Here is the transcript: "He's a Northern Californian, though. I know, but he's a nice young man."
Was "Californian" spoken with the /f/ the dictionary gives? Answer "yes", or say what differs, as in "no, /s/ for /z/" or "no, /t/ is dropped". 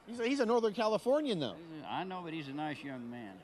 yes